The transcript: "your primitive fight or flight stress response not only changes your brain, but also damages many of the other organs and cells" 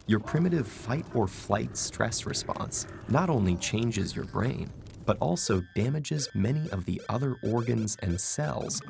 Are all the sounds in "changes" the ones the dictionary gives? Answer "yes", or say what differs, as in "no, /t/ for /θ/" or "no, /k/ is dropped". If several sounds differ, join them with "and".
yes